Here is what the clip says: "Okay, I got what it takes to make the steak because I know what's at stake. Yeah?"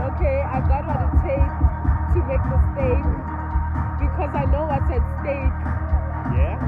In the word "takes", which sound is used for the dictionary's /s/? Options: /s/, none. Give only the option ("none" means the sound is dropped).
none